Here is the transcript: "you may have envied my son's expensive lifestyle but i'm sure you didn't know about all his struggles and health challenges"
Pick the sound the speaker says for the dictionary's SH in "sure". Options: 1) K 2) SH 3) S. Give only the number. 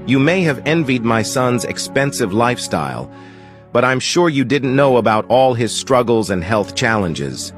2